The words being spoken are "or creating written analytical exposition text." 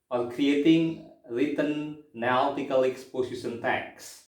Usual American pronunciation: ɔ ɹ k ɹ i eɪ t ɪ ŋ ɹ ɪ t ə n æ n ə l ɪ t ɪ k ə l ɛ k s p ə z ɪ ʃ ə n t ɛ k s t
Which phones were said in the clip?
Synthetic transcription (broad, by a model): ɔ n k ɹ i eɪ t ɪ ŋ ɹ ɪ t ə n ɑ ə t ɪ k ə l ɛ k s p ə s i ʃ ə n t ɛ k s